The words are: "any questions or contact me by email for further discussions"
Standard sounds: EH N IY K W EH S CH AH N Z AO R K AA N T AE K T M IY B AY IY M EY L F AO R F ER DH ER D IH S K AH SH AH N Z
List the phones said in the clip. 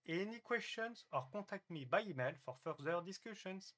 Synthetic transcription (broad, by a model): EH N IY K W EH S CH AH N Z AO R K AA T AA K T M IY B AY IY M EY L F AO R F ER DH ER D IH S K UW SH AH N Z